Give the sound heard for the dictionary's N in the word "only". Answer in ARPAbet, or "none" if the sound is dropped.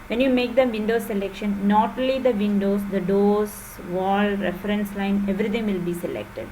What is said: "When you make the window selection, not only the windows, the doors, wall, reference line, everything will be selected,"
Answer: none